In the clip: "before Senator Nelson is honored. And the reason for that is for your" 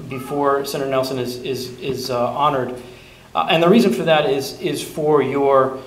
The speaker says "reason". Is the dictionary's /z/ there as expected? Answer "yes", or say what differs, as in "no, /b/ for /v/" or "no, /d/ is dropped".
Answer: yes